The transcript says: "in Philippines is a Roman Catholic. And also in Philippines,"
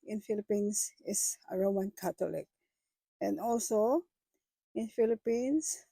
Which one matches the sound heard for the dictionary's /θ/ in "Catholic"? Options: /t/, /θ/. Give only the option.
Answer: /t/